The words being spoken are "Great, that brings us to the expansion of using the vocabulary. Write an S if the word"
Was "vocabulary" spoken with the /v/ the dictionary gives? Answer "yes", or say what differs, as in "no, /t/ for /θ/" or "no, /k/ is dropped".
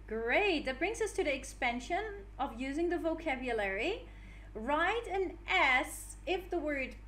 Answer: yes